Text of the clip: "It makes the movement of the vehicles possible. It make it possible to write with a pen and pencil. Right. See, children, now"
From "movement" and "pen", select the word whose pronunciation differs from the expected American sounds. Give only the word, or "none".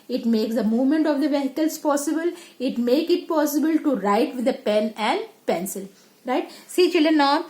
none